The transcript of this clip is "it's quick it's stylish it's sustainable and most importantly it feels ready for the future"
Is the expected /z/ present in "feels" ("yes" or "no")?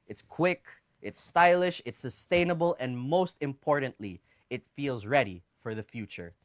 yes